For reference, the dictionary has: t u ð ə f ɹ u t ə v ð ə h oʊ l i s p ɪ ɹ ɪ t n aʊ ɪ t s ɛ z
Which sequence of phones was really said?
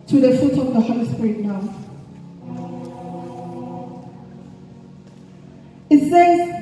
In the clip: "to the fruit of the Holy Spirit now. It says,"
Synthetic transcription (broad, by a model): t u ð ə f u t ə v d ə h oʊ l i s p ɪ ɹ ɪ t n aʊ ɪ t s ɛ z